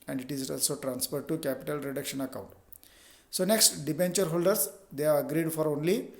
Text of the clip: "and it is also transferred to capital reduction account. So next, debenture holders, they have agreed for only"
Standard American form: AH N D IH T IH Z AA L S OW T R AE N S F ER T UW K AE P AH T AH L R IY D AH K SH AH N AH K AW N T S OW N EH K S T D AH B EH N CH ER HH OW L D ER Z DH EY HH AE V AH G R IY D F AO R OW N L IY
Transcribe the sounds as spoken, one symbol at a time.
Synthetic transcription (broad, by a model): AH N D IH T IH Z AA L S OW T R AE N S F ER T UW K AE P AH T AH L R IY D AH K SH AH N AH K AW N T S OW N EH K S T D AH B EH N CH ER HH OW L D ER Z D EY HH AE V AH G R IY D F AO R OW N L IY